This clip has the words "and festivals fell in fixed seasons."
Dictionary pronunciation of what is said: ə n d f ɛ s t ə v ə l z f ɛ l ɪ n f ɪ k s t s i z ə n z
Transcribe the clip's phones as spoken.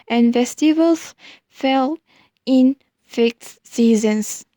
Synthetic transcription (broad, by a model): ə n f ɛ s t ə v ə l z f ɛ l ɪ n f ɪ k t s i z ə n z